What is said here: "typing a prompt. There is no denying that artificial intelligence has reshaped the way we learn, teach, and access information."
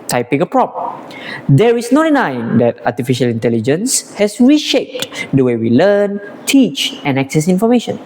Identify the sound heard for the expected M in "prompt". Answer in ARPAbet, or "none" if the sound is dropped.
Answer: none